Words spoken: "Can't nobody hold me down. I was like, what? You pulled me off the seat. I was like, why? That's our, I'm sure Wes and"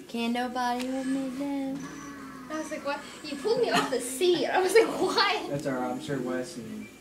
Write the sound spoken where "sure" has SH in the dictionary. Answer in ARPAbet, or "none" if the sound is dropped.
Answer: S